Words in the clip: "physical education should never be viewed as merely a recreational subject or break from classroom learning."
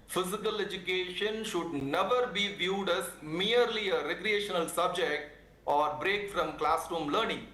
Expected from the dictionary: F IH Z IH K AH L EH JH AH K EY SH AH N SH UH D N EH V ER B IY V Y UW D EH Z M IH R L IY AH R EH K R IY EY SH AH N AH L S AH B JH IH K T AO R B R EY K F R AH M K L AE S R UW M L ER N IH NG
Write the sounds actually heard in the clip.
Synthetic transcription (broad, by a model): F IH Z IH K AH L EH JH AH K EY SH AH N SH UH D N EH V ER B IY V Y UW D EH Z M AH R L IY AH R EH K R IY EY SH AH N AH L S AH B JH IH K T AO R B R EY K F R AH M K L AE S R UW M L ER N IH NG